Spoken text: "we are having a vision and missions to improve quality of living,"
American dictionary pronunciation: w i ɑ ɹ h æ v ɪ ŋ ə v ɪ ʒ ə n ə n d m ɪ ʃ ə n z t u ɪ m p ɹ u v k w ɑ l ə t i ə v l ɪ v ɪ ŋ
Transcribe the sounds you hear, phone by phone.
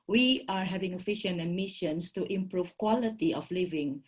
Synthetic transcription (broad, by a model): w i ɑ ɹ h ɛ v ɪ ŋ ə f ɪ ʃ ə n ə n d m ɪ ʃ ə n s t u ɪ m p ɹ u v k w ɑ l ə t i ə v l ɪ v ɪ ŋ